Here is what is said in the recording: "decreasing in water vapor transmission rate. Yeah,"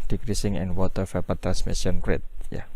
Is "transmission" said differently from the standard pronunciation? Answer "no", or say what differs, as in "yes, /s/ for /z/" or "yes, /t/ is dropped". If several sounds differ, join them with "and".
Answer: yes, /s/ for /ʃ/